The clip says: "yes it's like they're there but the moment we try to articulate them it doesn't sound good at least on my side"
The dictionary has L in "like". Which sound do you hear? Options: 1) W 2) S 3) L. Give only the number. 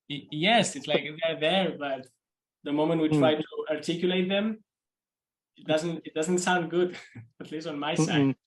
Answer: 3